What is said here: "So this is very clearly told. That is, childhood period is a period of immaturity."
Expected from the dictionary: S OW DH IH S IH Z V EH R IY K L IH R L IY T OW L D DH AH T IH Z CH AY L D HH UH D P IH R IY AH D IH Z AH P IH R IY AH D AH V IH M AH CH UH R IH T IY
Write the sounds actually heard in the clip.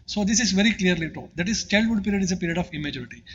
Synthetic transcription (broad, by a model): S OW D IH S IH Z V EH R IY K L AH R L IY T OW D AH T IH Z CH AY L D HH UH D P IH R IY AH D IH Z AH P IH R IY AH D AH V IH M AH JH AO R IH T IY